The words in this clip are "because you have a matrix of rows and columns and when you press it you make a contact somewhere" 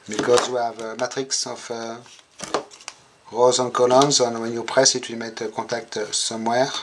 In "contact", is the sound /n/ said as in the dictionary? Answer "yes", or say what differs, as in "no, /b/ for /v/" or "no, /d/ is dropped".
no, /n/ is dropped